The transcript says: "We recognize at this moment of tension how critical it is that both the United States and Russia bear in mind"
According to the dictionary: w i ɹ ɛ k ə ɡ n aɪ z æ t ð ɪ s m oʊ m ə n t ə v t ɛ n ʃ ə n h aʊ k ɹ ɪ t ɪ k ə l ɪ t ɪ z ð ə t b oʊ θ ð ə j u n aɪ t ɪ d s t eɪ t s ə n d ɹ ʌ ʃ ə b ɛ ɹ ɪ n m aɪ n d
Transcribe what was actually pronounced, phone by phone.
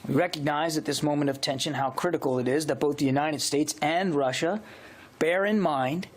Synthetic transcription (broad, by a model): w i ɹ ɛ k ə ɡ n aɪ z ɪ t ð ɪ s m oʊ m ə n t ə v t ɛ n ʃ ə n h aʊ k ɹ ɪ t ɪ k l ɪ t ɪ z ð ə t b oʊ θ ð ə j u n aɪ t ɪ d s t eɪ t s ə n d ɹ ʌ ʃ ə b ɛ ɹ ɪ n m aɪ n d